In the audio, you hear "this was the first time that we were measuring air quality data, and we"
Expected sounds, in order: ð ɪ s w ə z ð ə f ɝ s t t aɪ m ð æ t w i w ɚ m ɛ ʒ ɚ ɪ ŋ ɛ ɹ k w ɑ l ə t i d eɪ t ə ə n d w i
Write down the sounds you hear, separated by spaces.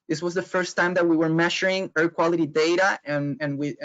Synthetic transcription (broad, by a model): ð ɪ s w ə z ð ə f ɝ s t t aɪ m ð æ t w i w ɚ m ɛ ʃ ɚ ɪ ŋ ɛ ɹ k w ɑ l ə t i d eɪ t ə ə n w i